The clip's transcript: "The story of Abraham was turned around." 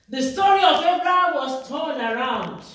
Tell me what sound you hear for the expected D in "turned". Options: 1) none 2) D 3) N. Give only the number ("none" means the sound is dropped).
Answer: 1